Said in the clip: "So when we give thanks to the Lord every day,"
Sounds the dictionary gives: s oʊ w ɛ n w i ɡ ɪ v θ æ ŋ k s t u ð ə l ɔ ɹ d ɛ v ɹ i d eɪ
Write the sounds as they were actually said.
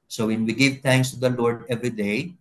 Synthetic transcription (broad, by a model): s oʊ w ɛ n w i ɡ ɪ v t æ ŋ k s t u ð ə l ɔ ɹ d ɛ v ɹ i d eɪ